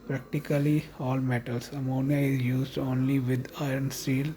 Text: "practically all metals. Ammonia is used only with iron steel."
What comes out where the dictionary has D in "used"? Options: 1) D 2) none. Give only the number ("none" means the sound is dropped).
1